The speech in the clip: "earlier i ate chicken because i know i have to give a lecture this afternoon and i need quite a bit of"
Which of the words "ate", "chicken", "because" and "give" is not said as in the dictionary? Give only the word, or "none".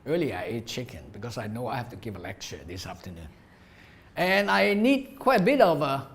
because